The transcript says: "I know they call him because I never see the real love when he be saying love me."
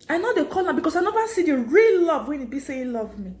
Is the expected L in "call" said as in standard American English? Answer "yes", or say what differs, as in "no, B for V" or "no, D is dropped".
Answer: no, N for L